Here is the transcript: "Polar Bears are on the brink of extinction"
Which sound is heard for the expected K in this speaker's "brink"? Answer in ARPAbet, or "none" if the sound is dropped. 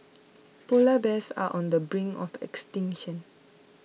none